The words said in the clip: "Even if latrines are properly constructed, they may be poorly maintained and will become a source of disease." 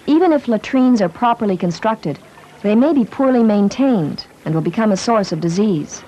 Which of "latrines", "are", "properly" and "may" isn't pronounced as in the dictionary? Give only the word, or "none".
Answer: none